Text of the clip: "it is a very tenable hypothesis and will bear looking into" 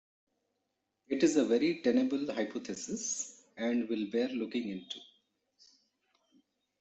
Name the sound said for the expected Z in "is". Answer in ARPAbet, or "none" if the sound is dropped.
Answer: Z